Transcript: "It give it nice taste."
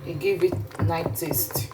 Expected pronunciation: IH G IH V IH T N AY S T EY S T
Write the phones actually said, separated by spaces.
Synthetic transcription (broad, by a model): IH G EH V IH T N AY T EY S T